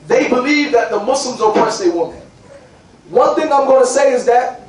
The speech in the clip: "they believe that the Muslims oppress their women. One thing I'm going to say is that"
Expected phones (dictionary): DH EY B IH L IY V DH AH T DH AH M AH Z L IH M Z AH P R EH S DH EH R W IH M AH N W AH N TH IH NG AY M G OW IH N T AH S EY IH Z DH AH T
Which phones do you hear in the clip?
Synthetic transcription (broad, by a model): DH EY B IH L IY V DH AH T DH AH M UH S L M Z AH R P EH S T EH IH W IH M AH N W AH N TH IH NG AY M G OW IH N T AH S EY IH Z DH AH T